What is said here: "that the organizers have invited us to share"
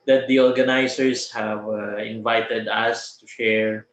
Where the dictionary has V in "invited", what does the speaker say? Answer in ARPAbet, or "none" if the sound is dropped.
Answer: V